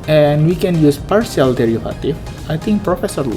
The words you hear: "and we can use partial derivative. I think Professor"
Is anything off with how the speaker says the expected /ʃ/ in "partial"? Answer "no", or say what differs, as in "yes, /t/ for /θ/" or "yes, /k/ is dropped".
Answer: yes, /s/ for /ʃ/